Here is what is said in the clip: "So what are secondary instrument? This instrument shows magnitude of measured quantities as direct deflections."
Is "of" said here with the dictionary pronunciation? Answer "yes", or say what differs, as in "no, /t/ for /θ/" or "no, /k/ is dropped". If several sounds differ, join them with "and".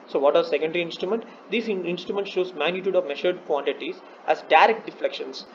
yes